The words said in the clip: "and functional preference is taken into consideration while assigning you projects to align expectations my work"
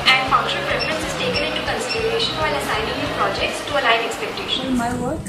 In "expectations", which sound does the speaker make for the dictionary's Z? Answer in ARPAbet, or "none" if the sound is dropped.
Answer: none